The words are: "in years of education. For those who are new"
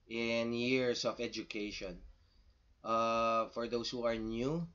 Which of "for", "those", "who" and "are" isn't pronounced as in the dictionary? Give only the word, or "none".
those